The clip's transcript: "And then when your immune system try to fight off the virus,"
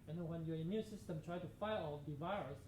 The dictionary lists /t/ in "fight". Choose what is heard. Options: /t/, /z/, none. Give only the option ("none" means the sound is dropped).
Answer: none